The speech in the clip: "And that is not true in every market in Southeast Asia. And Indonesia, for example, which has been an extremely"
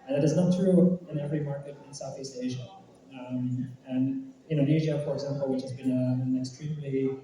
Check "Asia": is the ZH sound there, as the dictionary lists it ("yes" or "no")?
yes